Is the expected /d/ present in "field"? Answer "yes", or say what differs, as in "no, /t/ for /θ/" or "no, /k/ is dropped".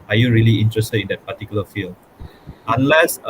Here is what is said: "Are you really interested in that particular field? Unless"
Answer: no, /d/ is dropped